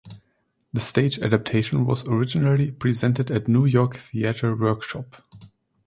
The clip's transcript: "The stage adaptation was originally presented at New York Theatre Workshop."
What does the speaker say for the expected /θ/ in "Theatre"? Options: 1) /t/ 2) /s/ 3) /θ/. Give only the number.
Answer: 3